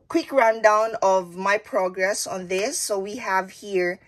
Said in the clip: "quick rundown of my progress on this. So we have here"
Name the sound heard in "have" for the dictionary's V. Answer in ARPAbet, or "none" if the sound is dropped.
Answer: V